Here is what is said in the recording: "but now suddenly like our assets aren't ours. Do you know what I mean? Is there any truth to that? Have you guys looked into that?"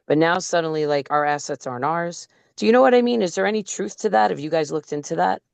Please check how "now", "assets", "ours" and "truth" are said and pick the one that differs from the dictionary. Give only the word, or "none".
none